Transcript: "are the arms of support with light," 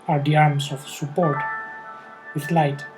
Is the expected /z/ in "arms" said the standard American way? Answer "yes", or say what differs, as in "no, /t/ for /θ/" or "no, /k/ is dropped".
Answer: no, /s/ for /z/